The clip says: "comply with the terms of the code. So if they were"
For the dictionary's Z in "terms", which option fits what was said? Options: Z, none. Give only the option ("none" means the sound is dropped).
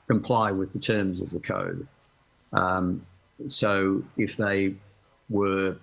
Z